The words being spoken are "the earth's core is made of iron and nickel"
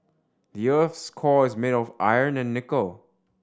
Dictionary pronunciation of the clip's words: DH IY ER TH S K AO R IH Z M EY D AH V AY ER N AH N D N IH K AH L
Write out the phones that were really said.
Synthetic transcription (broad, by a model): DH IY ER TH S K AO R IH Z M EY D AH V AY ER N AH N N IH K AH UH